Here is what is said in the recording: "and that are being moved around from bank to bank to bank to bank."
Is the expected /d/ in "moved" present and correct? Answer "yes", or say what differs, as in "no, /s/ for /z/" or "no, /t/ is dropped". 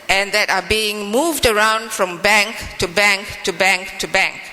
yes